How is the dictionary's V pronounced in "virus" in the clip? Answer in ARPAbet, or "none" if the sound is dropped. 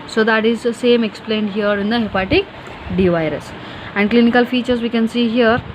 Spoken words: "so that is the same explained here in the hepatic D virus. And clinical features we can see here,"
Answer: V